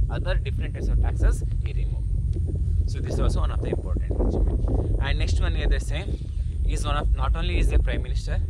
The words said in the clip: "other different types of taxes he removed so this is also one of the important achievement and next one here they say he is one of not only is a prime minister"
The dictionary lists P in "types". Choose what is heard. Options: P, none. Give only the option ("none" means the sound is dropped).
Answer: none